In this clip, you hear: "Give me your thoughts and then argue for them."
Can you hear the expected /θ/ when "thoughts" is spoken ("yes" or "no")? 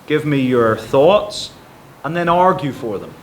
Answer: yes